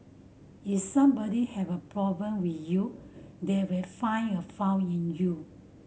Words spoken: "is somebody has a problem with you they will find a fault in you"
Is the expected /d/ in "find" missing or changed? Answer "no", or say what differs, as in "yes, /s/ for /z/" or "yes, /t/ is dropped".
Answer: yes, /d/ is dropped